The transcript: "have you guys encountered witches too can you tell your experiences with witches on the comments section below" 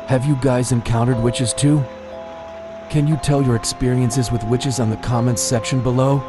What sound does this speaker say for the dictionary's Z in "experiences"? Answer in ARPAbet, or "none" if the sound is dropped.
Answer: Z